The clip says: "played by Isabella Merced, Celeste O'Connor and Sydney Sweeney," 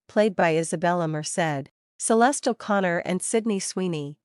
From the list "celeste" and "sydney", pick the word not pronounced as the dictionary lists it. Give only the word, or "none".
none